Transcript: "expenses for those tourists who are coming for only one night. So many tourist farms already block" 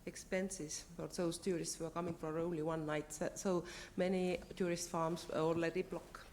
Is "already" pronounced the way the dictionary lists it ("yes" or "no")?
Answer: no